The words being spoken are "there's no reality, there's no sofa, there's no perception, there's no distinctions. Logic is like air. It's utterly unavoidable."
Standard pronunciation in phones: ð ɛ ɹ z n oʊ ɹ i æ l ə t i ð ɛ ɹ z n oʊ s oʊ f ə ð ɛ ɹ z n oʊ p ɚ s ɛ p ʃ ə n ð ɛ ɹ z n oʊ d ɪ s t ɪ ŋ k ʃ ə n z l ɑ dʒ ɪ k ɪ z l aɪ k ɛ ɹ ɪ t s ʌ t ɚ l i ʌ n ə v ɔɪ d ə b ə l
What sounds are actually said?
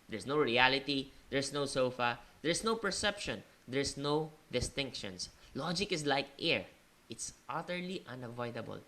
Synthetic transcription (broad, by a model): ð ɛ ɹ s n oʊ ɹ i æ l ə t i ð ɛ ɹ s n oʊ s oʊ f ə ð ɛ ɹ s n oʊ p ɚ s ɛ p ʃ ə n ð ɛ ɹ s n oʊ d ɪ s t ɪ ŋ k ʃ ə n s l ɑ dʒ ɪ k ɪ s l aɪ k ɛ ɹ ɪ t s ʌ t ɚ l i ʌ n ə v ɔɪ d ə b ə l